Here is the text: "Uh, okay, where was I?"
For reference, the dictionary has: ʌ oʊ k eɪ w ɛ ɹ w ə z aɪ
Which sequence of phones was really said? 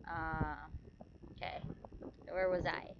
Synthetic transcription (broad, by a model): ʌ oʊ k eɪ w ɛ ɹ w ə z aɪ